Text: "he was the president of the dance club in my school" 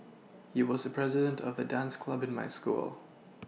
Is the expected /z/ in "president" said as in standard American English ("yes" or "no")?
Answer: yes